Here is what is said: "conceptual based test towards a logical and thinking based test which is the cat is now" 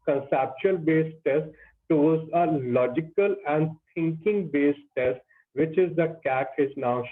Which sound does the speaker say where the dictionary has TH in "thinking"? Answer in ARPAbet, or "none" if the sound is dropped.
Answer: T